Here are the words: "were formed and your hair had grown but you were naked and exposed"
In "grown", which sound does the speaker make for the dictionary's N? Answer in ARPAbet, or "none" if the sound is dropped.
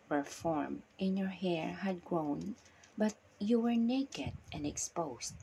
N